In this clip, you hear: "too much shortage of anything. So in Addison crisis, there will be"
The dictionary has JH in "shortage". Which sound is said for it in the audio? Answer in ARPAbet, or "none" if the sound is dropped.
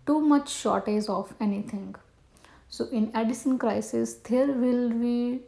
Z